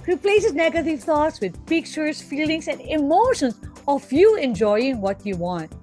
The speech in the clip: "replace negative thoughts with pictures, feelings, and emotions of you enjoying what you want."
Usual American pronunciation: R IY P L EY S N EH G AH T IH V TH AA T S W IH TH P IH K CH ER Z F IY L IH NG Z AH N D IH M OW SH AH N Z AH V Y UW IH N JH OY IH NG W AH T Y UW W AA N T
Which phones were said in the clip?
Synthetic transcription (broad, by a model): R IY P L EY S N EH G AH T IH V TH AA T S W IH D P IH K CH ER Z F IY L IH NG S AH N D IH M OW SH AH N S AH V Y UW IH N JH OY IH NG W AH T Y UW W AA N T